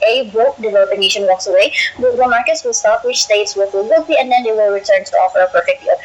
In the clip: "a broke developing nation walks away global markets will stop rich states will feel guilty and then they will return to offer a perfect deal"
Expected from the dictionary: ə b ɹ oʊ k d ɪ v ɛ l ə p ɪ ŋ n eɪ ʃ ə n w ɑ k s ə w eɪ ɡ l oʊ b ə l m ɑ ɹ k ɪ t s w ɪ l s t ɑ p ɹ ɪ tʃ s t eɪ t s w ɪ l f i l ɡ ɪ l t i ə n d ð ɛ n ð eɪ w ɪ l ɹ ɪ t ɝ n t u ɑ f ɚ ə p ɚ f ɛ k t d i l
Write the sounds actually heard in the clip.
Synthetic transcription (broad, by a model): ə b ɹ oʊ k d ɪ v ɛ l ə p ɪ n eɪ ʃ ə n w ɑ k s ə w eɪ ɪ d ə m ɑ ɹ k ɪ t s w ɪ l s t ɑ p w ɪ tʃ s t eɪ t s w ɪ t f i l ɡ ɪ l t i ə n d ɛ n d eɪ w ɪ l ɹ ɪ t ɝ n t u ɑ f ɚ ə p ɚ f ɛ k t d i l